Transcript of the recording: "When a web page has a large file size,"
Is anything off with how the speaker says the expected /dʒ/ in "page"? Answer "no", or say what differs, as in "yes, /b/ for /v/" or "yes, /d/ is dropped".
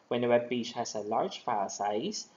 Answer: yes, /tʃ/ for /dʒ/